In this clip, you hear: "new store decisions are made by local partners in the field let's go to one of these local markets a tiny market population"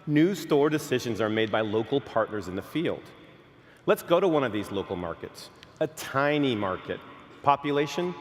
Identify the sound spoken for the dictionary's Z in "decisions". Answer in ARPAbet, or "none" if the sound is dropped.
Z